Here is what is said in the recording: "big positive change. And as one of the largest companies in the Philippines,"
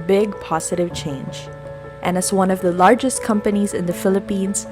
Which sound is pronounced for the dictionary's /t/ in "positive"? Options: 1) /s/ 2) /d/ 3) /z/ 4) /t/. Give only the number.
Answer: 4